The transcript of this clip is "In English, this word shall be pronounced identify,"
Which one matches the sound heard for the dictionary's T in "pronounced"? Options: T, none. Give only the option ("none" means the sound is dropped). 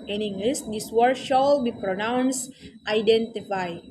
T